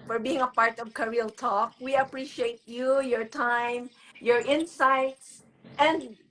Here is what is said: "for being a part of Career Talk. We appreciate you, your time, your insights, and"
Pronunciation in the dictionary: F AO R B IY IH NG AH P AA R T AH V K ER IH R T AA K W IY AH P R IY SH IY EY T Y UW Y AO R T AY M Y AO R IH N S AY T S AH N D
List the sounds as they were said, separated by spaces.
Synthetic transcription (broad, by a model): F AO R B IY IH NG AH P AA R T AH V K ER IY L T AA K W IY AH P R IY SH IY EY T Y UW Y AO R T AY M Y AO R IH N S AY T S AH N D